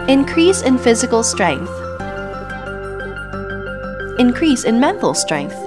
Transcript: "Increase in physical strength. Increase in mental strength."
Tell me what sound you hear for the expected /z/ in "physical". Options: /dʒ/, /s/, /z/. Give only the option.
/z/